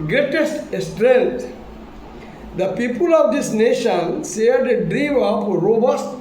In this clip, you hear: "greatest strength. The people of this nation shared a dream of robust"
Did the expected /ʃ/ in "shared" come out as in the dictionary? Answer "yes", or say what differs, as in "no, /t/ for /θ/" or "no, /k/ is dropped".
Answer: no, /s/ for /ʃ/